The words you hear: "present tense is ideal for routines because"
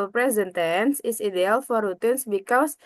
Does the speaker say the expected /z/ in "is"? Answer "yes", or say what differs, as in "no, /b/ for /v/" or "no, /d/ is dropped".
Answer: no, /s/ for /z/